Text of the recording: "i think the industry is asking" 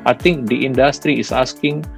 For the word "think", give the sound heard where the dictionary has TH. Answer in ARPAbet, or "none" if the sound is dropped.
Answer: T